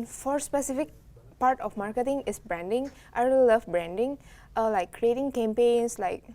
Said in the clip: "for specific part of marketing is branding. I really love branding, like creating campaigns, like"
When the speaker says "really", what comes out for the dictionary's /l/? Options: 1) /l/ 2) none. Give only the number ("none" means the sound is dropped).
2